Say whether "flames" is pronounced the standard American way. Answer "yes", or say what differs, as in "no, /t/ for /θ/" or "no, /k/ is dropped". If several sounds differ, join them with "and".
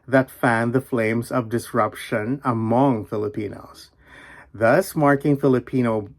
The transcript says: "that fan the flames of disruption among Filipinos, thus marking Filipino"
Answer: yes